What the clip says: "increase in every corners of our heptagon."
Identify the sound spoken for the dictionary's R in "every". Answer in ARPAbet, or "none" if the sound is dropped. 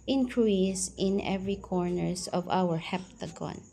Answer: R